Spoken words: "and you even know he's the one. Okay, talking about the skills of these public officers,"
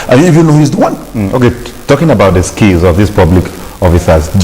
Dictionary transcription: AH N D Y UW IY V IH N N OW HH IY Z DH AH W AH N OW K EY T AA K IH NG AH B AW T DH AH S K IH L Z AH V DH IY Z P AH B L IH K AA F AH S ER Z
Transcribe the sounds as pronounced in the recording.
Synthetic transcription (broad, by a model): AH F Y UW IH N N OW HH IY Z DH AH W AH N OW K EY T AA K IH NG AH B AW T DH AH S K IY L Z AH V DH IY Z P AH B L IH K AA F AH S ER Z